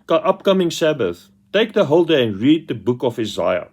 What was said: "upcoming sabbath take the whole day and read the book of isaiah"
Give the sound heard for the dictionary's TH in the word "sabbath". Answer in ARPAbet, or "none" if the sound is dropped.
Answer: TH